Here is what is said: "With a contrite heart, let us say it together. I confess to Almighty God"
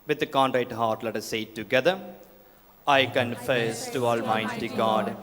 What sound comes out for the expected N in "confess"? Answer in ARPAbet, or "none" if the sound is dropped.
N